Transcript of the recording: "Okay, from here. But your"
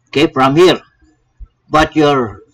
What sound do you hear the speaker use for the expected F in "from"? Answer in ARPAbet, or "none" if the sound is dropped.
P